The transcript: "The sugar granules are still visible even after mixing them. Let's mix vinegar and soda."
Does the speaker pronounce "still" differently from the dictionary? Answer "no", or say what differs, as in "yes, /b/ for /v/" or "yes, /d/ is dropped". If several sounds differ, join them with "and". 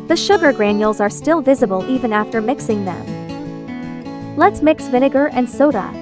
no